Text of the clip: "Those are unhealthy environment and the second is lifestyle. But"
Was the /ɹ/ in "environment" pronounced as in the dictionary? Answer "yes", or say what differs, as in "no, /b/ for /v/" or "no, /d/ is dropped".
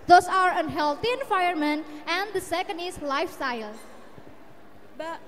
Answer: no, /ɹ/ is dropped